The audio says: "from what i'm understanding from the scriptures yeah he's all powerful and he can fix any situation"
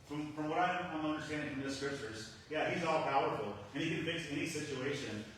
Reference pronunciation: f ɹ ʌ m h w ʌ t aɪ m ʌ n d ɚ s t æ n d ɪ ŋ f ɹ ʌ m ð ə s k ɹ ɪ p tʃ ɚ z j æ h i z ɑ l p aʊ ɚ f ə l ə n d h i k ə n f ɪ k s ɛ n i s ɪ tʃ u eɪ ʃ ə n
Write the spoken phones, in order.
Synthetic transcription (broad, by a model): f ɹ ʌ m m w ʌ t aɪ m ʌ n d ɚ s t æ n d ɪ ŋ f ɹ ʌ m ð ə s k ɹ ɪ p tʃ ɚ z j æ h i z ɑ l p aʊ ɚ f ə l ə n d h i k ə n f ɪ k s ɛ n i s ɪ tʃ u eɪ ʃ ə n